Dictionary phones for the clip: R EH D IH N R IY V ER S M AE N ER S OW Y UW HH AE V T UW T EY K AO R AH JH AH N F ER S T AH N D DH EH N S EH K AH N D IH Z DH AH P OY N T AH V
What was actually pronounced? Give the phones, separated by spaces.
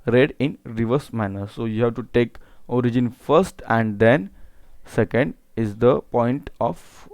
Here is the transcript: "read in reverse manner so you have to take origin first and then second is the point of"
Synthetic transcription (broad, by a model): R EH D IH N R IY V ER S M AE N ER S OW Y UW HH AE V T UW T EY K AO R AH JH AH N F ER S T AH N D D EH N S EH K AH N D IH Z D AH P OY N T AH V